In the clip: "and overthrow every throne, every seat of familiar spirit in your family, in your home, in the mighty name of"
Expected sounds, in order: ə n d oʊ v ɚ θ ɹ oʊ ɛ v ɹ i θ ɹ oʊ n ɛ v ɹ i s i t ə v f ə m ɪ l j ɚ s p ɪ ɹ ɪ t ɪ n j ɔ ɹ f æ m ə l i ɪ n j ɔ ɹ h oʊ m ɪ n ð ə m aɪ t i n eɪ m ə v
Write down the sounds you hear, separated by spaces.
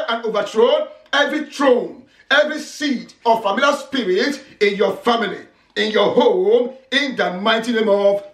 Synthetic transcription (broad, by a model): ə n oʊ v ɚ t ɹ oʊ ɛ v ɹ i t ɹ oʊ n ɛ v ɹ i s i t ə f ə m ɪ l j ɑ s p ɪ ɹ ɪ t ɪ n j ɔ f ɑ m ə l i ɪ n j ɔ h oʊ m ɪ n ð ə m aɪ t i n eɪ m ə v